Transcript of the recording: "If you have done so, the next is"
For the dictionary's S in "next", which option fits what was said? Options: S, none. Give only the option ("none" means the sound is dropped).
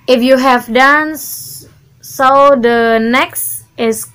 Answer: S